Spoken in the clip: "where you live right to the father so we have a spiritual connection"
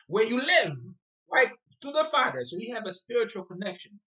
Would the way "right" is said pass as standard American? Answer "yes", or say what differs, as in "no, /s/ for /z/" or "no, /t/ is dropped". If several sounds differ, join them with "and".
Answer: no, /l/ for /ɹ/